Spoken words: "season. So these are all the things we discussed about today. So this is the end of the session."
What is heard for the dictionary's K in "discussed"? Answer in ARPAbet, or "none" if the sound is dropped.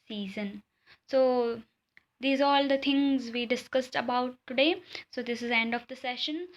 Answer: K